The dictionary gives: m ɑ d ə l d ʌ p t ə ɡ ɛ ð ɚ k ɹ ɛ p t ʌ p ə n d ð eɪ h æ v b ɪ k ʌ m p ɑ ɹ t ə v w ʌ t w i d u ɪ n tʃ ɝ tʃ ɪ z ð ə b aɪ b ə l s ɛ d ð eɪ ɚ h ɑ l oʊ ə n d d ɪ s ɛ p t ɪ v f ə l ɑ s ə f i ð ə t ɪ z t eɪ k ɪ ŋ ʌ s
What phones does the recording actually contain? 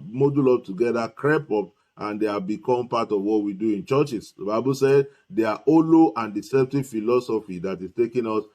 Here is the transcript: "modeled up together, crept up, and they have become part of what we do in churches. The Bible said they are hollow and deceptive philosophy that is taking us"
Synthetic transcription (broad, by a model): m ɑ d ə l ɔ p t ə ɡ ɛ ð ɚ k ɹ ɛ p ɔ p ə n d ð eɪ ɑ b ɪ k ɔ m p ɑ t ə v w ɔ t w i d u ɪ n tʃ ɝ tʃ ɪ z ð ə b aɪ b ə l s ɛ d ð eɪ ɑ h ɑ l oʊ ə n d d ɪ s ɛ p t ɪ v f ə l ɑ s ə f i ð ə t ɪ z t eɪ k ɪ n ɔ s